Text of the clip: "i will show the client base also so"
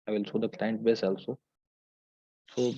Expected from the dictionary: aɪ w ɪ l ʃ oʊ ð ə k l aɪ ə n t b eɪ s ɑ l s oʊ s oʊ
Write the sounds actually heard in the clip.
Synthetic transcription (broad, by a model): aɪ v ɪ l s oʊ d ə k l aɪ ə n t b eɪ s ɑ l s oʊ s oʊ